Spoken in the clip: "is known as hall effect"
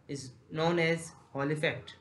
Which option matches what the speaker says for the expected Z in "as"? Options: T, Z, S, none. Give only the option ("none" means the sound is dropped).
Z